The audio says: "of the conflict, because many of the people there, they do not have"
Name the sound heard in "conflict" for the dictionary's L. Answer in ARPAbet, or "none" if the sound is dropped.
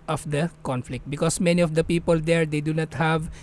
L